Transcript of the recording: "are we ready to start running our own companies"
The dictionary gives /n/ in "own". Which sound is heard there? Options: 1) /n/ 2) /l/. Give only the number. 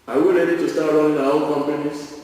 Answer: 2